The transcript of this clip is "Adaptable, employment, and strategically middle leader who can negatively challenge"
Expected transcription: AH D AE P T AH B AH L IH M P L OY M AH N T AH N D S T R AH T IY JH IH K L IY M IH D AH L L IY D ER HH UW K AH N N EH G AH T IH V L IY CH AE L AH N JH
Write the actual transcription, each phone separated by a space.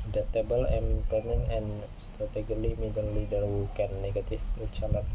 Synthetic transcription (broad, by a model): D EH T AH B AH L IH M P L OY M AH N AH N S T R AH T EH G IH L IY M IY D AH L L IY D ER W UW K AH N N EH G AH T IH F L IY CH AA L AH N